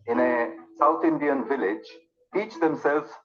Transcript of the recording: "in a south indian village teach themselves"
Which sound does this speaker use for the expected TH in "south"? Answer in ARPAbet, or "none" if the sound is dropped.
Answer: T